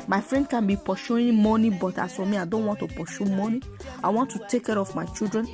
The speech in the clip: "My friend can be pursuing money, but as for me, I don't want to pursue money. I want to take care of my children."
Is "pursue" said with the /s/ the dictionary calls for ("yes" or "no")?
no